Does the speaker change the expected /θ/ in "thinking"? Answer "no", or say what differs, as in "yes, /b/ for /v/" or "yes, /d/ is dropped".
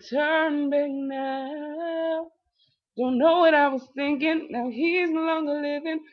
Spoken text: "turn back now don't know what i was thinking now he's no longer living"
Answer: no